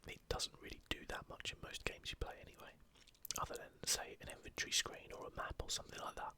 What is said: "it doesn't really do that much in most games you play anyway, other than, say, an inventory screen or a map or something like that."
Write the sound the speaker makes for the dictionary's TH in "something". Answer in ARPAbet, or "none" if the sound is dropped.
TH